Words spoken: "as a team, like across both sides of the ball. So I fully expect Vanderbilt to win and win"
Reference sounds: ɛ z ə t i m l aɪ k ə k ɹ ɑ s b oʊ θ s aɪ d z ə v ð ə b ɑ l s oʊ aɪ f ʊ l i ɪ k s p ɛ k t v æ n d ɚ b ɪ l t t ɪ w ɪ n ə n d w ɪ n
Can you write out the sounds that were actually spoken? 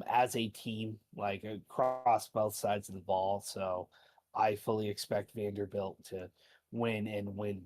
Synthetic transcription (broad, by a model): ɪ z ə t i m l aɪ k ə k ɹ ɑ s b oʊ θ s aɪ d z ə v ð ə b ɑ l s oʊ aɪ f ʊ l i ɪ k s p ɛ k t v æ n d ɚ b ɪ l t t ɪ w ɪ n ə n w ɪ n